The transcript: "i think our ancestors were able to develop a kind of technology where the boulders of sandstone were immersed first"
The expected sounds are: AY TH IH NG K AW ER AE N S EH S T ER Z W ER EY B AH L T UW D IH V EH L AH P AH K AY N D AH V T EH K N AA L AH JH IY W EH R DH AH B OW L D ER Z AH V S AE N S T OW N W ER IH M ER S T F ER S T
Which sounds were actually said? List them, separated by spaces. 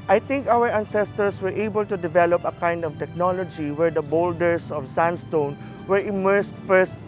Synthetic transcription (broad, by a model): AY T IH NG K AW ER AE N S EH S T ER S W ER EY B AH L T UW D IH V EH L AH P AH K AY N D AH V T EH K N AA L AH JH IY W EH R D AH B OW L D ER S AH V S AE N S T OW N W ER IH M ER S T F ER S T